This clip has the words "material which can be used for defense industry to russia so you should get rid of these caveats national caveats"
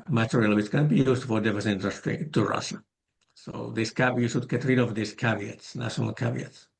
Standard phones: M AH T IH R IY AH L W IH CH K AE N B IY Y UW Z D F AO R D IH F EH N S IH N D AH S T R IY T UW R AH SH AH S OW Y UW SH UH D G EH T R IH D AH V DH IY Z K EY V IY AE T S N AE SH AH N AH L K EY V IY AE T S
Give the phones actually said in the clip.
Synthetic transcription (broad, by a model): M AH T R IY L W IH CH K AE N B IY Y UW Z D F AO R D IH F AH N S IH N D AH S T R IY T UW R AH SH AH S OW Y UW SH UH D G EH T R IH D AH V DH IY S K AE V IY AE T S N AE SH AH N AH L K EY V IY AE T S